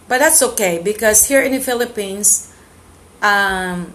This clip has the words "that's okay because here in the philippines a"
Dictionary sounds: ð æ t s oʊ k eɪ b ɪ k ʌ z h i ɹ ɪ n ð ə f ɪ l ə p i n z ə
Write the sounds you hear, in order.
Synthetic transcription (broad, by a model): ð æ t s oʊ k eɪ b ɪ k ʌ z h i ɹ ɪ n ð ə f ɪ l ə p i n s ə